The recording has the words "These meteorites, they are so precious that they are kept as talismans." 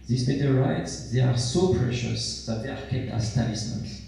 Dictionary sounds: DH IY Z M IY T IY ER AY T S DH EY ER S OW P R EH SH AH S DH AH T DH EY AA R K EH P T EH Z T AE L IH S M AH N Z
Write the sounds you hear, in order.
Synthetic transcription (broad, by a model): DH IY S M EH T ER AY T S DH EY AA S OW P R EH SH AH S DH AH T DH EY AA R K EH T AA S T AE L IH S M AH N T